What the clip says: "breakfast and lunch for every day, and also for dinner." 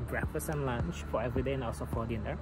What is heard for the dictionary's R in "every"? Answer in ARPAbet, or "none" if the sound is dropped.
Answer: R